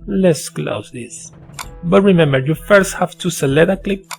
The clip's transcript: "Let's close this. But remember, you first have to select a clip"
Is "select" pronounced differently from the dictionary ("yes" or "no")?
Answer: yes